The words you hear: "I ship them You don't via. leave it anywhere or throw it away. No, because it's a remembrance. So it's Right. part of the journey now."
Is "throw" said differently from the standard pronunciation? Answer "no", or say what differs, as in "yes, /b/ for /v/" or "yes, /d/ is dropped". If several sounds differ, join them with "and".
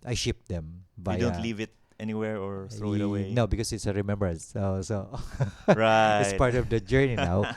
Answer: yes, /ɹ/ is dropped